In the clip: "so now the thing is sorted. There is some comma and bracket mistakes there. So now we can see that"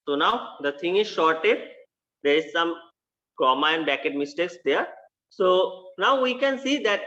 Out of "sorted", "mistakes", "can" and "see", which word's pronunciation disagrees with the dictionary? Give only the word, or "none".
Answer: sorted